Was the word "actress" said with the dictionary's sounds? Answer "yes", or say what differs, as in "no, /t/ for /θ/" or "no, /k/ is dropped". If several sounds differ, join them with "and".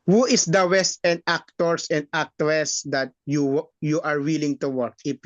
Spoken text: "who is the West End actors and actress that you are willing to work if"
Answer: no, /w/ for /ɹ/